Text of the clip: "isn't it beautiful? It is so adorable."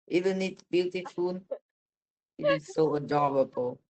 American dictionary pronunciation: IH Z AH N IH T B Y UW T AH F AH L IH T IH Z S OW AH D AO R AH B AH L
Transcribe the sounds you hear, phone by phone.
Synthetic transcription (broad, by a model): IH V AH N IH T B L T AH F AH N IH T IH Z S OW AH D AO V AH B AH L